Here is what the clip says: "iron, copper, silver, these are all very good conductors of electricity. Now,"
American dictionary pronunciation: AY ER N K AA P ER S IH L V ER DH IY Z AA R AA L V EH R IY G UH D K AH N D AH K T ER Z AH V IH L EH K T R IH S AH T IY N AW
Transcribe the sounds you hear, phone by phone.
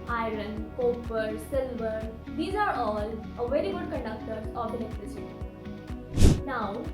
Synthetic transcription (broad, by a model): AY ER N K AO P ER S IH L V ER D IY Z AA R AA L V EH R IY G UH D K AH N D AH K T ER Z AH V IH N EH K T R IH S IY N AW